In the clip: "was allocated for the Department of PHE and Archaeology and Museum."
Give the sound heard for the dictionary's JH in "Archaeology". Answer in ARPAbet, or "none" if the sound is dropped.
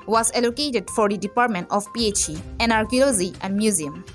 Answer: Z